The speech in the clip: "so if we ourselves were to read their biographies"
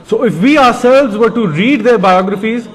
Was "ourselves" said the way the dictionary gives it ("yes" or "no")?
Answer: yes